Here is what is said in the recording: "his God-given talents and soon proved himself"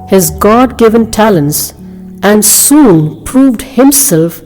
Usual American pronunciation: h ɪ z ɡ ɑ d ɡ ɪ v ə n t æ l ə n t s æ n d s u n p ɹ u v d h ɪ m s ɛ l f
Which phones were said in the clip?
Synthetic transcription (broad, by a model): h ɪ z ɡ ɑ d ɡ ɪ v ə n t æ l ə n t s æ n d s u n p ɹ u v d h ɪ m s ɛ l f